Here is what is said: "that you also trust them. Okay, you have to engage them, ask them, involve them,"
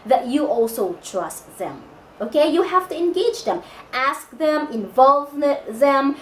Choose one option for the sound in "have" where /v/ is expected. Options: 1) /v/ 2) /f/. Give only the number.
2